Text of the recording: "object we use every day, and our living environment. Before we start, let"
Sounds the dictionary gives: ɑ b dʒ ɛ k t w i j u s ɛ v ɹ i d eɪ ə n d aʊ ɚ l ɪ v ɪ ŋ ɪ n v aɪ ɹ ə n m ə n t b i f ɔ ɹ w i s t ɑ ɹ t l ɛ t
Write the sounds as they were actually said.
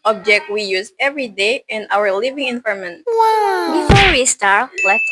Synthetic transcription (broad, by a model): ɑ b dʒ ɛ k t w i j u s ɛ v ɹ i d eɪ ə n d aʊ ɚ l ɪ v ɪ ŋ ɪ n f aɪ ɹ m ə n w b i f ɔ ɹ w i s t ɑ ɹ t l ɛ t